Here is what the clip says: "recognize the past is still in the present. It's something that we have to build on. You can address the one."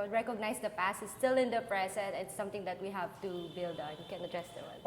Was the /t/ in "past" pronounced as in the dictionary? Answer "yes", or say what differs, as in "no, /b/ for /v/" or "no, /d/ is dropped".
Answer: no, /t/ is dropped